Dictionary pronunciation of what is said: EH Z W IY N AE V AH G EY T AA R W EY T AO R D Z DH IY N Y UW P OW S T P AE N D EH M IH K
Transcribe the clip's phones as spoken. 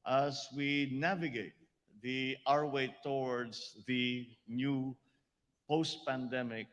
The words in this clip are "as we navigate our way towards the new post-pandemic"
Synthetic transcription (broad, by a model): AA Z W IY N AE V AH G EY T AA R W EY T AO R D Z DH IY N Y UW P OW S T P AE N D EH M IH K